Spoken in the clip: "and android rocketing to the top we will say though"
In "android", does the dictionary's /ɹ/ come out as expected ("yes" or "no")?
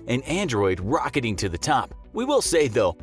yes